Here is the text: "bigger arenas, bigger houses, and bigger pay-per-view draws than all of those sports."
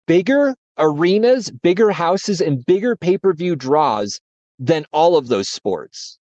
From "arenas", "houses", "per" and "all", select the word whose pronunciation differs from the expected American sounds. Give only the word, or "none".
none